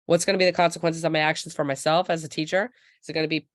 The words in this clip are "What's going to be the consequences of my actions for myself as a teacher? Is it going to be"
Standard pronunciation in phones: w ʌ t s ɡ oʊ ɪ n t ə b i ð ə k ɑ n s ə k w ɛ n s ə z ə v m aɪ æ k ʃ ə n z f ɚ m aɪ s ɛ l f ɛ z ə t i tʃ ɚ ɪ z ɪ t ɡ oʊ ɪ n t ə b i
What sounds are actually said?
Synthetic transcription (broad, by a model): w ʌ t s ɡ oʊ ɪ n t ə b i ð ə k ɑ n s ə k w ɛ n s ə z ə v m aɪ æ k ʃ n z f ɚ m aɪ s ɛ l f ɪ z ə t i tʃ ɚ ɪ z ɪ t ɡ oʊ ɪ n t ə b i